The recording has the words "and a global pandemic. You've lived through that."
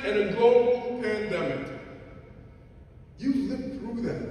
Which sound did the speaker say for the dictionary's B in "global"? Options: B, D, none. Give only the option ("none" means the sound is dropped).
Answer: none